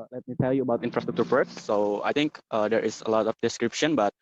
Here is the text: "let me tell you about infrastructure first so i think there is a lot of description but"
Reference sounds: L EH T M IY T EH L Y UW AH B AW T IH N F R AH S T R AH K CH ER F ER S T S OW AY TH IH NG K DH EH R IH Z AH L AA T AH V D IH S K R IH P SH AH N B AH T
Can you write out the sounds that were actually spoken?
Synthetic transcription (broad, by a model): L EH T M IY T EH L Y UW AH B AW T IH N F R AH S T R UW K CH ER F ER T S OW AY T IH NG K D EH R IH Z AH L AA T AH F D IH S K R IH P SH AH N B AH T